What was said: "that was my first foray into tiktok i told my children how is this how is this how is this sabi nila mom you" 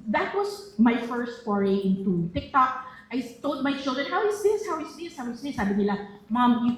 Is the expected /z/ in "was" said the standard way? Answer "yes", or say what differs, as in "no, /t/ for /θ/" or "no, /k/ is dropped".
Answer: no, /s/ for /z/